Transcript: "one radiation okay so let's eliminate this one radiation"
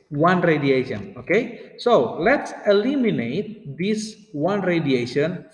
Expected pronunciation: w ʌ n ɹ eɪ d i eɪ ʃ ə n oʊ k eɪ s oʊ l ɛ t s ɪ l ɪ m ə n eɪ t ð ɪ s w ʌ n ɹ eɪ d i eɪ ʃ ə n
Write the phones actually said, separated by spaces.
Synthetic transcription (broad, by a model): w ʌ n ɹ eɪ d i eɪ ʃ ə n oʊ k eɪ s oʊ l ɛ t s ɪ l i m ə n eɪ t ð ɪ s w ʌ n ɹ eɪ d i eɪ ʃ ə n